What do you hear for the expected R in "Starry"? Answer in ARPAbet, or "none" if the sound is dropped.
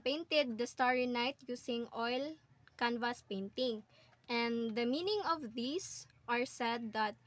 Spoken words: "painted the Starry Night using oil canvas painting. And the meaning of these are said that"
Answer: R